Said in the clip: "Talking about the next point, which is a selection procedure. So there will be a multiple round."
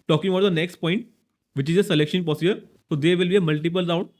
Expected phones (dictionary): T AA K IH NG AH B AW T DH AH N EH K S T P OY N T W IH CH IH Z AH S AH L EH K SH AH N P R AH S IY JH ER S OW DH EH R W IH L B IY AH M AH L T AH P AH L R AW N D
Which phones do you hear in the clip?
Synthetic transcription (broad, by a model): T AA K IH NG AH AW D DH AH N EH K S T P OY N T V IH CH IH Z AH S AH L EH K SH AH N P AH S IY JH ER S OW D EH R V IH L B IY AH M AH L T AH P AH L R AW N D